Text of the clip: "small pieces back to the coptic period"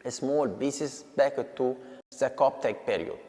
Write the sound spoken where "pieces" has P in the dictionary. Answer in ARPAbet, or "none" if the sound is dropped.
B